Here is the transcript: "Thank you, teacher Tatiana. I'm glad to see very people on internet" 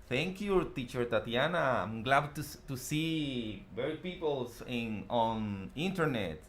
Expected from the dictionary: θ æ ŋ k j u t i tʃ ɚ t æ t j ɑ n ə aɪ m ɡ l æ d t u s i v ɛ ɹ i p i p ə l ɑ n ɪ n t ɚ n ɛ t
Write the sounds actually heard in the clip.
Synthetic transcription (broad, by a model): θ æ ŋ k j u t i tʃ ɚ t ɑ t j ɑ n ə aɪ m ɡ l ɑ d t u s i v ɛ ɹ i p i p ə l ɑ n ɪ n t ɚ n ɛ t